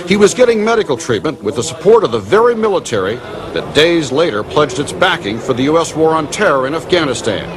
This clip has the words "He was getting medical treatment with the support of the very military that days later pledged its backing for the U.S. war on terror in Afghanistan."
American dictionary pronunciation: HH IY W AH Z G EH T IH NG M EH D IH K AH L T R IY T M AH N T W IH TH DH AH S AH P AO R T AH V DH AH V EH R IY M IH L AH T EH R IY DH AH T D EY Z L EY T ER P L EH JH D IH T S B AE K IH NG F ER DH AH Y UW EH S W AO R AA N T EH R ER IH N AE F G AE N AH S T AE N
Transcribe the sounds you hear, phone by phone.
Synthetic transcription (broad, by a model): HH IY W AH Z G EH T IH NG M EH D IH K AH L T R IY T M AH N T W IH DH AH S AH P AO R T AH V DH AH V EH R IY M IH L AH T EH R IY DH AH T D EY Z L EY T ER P L EH JH D IH T S B AE K IH NG F ER DH AH Y UW EH S W AO R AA N T EH R ER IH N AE F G AE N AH S T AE N